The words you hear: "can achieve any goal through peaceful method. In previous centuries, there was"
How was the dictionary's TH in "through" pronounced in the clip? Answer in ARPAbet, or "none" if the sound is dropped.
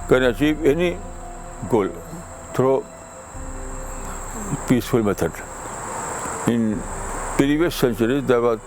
T